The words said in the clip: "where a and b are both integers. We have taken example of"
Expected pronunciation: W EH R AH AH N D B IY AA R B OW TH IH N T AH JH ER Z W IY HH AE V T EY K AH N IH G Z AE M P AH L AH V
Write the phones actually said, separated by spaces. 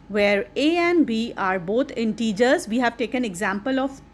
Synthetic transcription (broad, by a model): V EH R AH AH N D B IY AA R B OW T IH N T AH JH ER Z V IY HH AE V T EY K AH N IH G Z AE M P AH L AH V